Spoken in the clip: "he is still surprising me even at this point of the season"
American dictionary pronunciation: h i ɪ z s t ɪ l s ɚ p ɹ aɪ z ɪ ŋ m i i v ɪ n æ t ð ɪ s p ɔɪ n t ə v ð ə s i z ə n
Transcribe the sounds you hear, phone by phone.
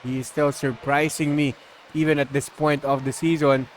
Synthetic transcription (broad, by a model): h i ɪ s t ɪ l s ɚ p ɹ aɪ s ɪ ŋ m i i v ɪ n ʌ t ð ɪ s p ɔɪ n t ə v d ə s i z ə n